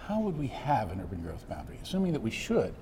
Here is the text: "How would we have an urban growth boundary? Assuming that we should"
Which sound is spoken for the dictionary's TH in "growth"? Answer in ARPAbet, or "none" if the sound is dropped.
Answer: TH